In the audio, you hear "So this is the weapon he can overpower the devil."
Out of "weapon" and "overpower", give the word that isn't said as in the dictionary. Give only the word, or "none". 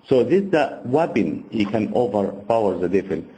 weapon